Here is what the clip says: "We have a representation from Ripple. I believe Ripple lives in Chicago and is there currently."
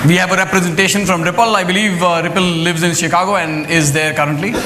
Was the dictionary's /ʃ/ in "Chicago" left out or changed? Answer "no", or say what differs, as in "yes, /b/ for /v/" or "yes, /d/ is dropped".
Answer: no